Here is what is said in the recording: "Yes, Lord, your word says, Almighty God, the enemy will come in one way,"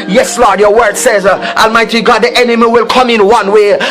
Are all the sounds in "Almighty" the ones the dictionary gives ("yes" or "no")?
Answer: yes